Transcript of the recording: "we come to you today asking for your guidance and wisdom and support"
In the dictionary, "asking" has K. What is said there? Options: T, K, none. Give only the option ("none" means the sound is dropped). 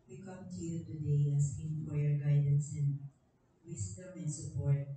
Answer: none